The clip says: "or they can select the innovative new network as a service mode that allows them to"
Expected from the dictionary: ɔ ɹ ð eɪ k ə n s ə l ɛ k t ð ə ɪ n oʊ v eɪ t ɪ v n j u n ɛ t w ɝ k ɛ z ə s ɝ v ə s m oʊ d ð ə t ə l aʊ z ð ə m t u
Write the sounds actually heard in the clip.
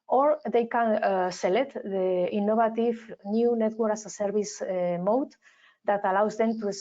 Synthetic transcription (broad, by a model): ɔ ɹ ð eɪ k ə n s ə l ɛ k t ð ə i n oʊ b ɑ t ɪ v n j u n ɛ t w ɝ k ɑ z ə s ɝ b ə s m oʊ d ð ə t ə l aʊ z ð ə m t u